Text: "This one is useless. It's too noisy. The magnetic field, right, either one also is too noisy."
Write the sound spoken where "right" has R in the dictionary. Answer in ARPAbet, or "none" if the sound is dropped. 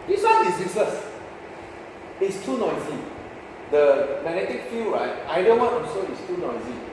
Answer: R